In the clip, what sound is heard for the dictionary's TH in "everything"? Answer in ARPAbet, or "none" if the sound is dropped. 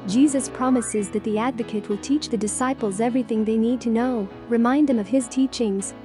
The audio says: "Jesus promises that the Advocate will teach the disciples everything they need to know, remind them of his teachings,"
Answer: TH